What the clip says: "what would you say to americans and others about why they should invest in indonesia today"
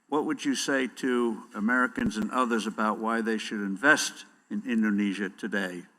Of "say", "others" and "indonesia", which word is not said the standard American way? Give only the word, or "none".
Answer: none